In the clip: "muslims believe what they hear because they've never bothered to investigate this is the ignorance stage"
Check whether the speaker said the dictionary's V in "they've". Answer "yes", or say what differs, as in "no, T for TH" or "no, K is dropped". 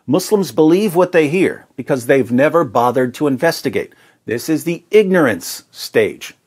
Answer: yes